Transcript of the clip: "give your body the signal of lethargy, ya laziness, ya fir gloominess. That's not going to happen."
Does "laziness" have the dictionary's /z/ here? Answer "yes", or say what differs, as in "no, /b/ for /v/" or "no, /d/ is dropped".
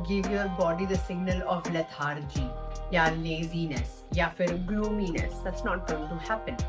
yes